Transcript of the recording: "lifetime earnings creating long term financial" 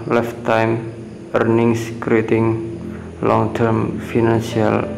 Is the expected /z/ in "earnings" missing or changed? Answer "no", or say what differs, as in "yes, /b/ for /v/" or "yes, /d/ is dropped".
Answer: yes, /s/ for /z/